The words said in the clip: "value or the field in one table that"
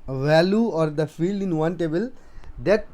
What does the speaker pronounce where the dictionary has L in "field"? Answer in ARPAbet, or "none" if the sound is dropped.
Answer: L